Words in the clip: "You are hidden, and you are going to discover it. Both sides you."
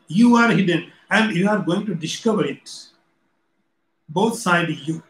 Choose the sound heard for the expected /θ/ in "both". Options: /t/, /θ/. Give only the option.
/t/